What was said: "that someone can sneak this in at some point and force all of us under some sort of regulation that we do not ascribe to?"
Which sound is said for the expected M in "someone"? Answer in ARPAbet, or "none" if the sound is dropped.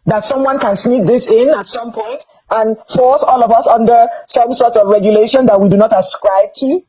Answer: M